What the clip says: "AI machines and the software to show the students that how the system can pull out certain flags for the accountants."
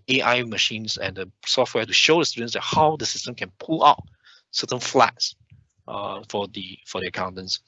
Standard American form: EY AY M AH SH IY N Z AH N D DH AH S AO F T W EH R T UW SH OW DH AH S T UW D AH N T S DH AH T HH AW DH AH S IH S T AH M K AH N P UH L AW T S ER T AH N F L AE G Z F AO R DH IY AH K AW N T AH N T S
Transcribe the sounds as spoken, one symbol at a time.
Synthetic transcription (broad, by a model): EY AY M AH SH IY N S AH N D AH S AO F T W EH T UW SH OW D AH S T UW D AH N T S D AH T HH AW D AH S IH S T AH M K AH N P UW L AW T S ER T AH N F L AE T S F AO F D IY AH K AW N T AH N S